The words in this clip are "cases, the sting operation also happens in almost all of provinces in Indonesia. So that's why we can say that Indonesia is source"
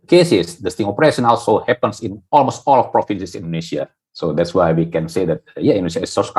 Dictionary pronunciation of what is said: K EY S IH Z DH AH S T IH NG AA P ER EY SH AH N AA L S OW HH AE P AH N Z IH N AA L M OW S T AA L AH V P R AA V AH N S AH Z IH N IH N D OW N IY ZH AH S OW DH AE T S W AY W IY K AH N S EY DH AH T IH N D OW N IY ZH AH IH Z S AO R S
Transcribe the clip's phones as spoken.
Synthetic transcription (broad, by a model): K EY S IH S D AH S T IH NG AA P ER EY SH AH N AA L S OW HH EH P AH N S IH N AA L M OW S T AA L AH F P R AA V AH N S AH S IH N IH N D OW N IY S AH S OW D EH T S W AY W IY K AH N S EY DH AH T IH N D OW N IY SH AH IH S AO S